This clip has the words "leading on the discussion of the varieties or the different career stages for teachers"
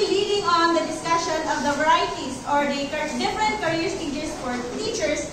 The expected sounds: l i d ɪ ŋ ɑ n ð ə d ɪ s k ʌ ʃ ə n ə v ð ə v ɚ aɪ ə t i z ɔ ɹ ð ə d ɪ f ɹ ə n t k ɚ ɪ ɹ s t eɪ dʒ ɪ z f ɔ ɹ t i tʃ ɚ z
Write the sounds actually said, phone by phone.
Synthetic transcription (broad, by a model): l i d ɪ ŋ ɑ n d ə d ɪ s k ʌ ʃ ə n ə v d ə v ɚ aɪ t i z ɔ ɹ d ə d ɪ f ɹ ə n t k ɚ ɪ ɹ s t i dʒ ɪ s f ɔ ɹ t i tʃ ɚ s